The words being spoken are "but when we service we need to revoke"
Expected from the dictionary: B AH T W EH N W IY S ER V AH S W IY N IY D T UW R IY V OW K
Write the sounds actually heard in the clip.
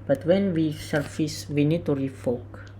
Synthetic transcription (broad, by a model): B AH T W EH N W IY S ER F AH S W IY N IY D T UW R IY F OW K